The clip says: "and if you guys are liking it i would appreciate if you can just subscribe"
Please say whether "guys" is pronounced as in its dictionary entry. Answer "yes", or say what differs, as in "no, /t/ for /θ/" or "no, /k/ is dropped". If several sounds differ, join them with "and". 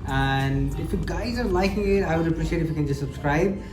yes